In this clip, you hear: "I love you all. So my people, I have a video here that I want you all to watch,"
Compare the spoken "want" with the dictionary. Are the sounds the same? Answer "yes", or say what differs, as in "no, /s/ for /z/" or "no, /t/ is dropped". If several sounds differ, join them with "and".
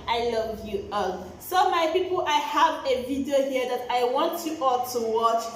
yes